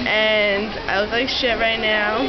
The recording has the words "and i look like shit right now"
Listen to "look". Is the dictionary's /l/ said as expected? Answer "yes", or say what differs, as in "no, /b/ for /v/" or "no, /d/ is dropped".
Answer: no, /w/ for /l/